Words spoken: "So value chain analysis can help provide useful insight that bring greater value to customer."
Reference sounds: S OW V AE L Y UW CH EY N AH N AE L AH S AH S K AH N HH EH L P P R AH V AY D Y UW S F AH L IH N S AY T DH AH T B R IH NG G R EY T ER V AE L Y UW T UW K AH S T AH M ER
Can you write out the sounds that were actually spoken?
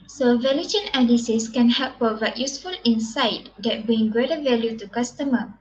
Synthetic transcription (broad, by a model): S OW V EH L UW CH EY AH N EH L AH S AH S K AH N HH EH L P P AH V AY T Y UW S F AH L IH N S AY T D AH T B R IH NG G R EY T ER V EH L Y UW T UW K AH S T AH M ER